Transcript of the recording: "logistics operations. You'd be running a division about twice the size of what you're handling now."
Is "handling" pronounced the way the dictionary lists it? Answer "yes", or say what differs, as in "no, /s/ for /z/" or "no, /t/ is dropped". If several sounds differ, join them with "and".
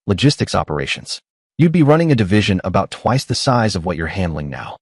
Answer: yes